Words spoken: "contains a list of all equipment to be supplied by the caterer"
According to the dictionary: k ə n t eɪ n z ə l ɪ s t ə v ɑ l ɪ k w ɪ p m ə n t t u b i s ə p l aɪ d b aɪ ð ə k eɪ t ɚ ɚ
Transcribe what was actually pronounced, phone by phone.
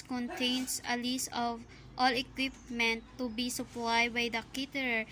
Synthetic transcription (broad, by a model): k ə n t eɪ n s ə l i s ə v ɑ l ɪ k w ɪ p m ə n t t u b i s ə p l aɪ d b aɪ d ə k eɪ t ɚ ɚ